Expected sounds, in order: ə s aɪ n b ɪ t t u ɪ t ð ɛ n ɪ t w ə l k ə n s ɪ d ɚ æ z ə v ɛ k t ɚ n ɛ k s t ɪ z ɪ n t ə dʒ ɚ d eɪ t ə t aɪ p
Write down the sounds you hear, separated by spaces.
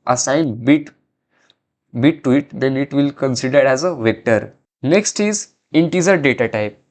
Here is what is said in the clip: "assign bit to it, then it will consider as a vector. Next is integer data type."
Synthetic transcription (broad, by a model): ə s aɪ n b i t t u ɪ t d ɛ n ɪ t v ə l k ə n s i d ɚ æ z ə v ɛ k t ɚ n ɛ k s t ɪ z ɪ n t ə z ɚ d eɪ t ə t aɪ p